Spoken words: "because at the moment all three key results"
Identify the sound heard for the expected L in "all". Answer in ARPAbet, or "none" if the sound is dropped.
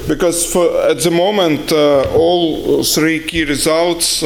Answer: L